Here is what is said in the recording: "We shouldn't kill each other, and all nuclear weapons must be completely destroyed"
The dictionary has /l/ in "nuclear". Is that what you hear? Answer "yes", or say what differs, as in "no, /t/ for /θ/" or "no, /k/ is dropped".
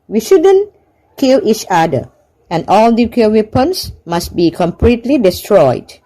no, /l/ is dropped